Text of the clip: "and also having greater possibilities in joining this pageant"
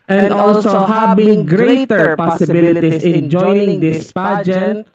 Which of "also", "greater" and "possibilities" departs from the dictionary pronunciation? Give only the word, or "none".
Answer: possibilities